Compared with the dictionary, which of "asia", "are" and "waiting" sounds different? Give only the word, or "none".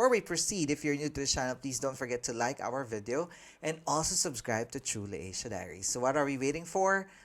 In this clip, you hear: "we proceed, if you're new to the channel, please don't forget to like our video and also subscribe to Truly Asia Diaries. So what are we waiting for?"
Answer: asia